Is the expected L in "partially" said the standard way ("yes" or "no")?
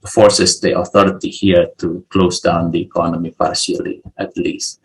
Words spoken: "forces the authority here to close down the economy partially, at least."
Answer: yes